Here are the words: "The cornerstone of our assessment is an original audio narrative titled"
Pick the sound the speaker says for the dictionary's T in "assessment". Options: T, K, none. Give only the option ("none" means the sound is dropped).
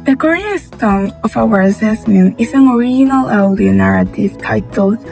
none